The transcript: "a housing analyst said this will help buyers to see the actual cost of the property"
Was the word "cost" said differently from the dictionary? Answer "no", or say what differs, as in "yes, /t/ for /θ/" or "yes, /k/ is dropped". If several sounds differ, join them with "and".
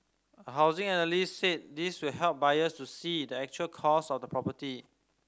yes, /t/ is dropped